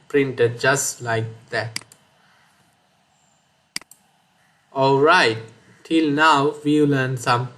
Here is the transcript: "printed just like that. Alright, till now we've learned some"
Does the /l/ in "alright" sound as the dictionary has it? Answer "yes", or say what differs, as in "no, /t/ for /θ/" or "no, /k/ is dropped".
yes